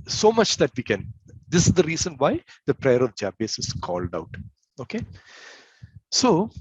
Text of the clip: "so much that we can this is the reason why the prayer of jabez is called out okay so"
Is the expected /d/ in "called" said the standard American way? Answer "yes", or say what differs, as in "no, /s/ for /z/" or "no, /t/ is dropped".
yes